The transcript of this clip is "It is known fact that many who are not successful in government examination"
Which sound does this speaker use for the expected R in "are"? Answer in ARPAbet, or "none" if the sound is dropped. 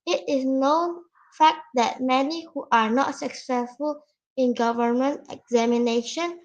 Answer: R